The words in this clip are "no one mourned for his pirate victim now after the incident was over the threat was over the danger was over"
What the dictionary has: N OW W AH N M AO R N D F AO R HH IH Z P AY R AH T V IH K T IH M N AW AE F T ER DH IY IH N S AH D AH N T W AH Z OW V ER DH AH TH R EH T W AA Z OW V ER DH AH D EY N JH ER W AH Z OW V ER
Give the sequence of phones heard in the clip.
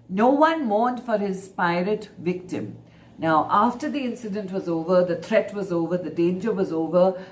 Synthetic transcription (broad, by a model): N OW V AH N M AO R N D F AO R HH IH Z P AY R AH T V IH K T IH M N AW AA F T ER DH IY IH N S AH D AH N T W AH Z OW V ER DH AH T R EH T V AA Z OW V ER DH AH D EY N JH ER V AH Z OW V ER